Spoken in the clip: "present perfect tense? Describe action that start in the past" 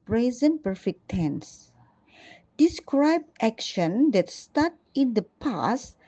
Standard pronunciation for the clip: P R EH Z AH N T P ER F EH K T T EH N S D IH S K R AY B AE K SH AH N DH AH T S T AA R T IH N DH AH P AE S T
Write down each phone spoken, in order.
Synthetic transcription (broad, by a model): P R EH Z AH N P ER F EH K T T EH N S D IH S K R AY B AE K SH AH N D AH T S T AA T IH N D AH P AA S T